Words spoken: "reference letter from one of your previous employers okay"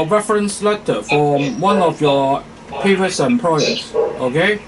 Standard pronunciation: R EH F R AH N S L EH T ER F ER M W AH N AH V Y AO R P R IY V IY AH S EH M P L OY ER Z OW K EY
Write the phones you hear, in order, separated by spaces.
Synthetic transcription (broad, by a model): R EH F R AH N S L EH T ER F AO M W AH N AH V Y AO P IY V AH S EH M P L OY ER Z OW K EY